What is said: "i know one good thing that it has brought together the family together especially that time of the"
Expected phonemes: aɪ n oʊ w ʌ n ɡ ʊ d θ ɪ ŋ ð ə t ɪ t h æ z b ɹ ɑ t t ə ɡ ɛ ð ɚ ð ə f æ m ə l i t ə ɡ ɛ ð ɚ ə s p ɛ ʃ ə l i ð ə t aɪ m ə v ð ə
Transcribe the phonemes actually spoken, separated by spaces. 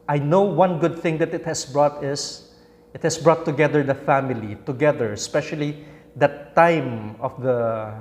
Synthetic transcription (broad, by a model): aɪ n oʊ w ʌ n ɡ ʊ d θ ɪ ŋ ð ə t ɪ t h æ s b ɹ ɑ t t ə ɡ ɛ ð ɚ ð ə f æ m ə l i t ə ɡ ɛ ð ɚ ə s p ɛ ʃ ə l i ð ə t aɪ m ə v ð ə